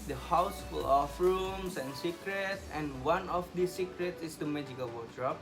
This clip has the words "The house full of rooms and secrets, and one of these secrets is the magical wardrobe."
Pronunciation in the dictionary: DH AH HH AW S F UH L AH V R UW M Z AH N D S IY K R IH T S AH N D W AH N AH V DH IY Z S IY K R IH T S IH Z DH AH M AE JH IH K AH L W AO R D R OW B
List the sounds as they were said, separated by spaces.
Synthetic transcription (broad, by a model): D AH HH AW S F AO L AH F R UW M S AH N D S IY K R IH T S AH N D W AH N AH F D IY S IY K R IH T S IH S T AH M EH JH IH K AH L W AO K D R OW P